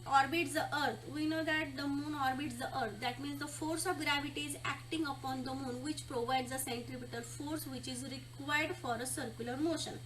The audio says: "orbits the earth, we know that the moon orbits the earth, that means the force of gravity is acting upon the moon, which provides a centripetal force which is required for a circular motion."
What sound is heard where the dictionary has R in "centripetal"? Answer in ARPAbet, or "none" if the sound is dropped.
R